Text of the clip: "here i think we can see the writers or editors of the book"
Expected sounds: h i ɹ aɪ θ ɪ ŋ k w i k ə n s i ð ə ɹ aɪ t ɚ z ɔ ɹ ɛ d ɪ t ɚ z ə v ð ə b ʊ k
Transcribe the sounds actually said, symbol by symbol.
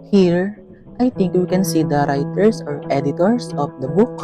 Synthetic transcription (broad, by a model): h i ɹ aɪ t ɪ ŋ k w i k ə n s i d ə ɹ aɪ t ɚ s ɔ ɹ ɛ d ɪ t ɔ s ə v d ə b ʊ k